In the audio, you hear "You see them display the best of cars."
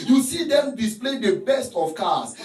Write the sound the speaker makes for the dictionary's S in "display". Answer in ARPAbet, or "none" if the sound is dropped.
S